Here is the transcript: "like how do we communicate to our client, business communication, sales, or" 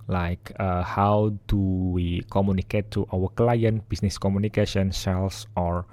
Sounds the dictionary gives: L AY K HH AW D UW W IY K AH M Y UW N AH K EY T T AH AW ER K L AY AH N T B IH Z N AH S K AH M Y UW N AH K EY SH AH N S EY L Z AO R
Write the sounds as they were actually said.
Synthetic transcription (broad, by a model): L AY K HH AW D UW W IY K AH M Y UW N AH K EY T T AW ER K L AY AH N T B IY S N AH S K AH M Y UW N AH K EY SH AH N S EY L S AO R